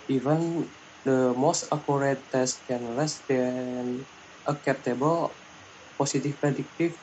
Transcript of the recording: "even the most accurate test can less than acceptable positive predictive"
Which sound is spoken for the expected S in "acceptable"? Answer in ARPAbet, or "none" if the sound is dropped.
none